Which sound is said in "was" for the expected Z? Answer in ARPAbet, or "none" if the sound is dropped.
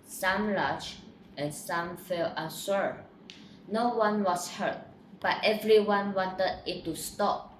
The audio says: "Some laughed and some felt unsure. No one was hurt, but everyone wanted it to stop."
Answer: S